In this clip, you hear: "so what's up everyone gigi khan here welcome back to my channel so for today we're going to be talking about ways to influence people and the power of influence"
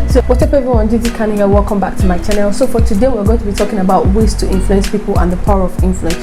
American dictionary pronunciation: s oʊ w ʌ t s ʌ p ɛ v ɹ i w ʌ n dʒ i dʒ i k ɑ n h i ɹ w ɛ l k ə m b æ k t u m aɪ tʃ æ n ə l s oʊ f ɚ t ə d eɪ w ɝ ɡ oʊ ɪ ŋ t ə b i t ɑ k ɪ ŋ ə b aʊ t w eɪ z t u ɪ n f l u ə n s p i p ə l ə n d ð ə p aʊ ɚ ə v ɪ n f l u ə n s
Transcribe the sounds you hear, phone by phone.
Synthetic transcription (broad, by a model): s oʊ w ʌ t ʌ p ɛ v i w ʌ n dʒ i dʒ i k ɑ n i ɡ w ɛ l k ə m b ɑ k t u m aɪ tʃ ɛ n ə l s oʊ f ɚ t ə d eɪ w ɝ ɡ oʊ ɪ ŋ t ə b i t ɑ k ɪ ŋ ə b aʊ t w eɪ s t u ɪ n f l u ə n s p i p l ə n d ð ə p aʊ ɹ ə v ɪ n f l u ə n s